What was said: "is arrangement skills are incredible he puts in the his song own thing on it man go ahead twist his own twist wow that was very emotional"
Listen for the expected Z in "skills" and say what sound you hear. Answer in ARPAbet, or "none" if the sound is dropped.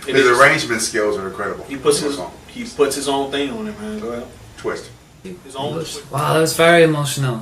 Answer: Z